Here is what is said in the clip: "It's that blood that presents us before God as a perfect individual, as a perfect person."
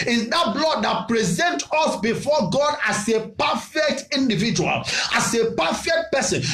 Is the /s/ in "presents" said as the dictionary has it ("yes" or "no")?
no